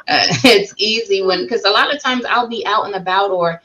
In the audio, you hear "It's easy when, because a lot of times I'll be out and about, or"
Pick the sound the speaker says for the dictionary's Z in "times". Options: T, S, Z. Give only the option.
Z